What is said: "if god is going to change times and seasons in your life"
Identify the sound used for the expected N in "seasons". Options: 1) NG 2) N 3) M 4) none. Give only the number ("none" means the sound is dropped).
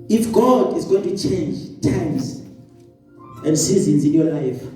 2